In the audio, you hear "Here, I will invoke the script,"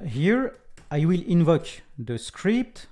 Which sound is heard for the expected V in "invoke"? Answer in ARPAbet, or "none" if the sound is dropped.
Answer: V